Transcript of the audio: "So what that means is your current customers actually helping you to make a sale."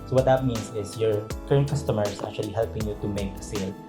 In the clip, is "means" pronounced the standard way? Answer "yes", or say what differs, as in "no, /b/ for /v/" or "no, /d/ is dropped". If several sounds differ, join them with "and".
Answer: no, /s/ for /z/